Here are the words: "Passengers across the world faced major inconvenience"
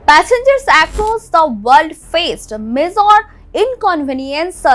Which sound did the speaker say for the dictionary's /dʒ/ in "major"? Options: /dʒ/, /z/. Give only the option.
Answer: /z/